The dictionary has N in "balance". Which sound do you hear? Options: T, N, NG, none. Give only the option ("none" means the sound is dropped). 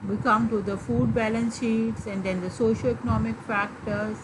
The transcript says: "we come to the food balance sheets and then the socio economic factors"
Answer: N